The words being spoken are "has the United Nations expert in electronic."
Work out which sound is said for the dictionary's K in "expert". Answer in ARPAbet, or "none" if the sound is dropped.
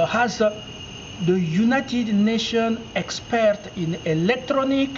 K